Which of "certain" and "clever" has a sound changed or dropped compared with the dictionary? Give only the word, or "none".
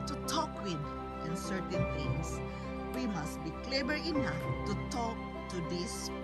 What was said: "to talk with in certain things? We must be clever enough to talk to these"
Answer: clever